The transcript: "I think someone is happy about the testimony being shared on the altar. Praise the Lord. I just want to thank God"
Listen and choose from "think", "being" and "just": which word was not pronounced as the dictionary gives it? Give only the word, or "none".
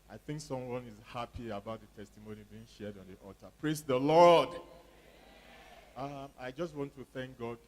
none